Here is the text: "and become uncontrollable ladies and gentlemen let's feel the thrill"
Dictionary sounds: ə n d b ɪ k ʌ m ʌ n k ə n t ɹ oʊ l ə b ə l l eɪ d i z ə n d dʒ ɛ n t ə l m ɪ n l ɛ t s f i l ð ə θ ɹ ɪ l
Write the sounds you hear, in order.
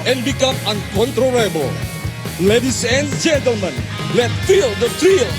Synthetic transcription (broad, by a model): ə n b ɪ k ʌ m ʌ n k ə n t ɹ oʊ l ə b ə l l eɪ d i s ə n dʒ ɛ n t ə l m ɪ n l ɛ t f i l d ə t ɹ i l